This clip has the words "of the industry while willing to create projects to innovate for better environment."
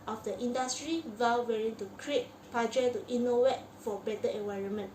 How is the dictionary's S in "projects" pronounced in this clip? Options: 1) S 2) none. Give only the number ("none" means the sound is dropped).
2